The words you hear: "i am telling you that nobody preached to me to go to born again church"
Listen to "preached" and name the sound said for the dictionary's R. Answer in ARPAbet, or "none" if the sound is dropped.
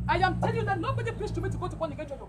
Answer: L